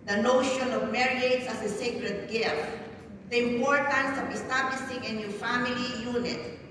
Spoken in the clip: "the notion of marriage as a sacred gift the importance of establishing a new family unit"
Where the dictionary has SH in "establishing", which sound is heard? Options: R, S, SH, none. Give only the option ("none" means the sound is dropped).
S